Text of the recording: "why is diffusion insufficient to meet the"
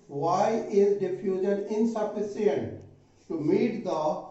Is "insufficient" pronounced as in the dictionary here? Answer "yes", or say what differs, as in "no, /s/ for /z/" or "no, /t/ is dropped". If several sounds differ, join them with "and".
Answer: no, /s/ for /ʃ/